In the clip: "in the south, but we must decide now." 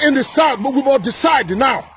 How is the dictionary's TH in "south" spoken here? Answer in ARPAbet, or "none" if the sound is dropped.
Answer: T